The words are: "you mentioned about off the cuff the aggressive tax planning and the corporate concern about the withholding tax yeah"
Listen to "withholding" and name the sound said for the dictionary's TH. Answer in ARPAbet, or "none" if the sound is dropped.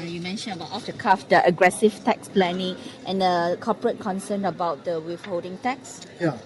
F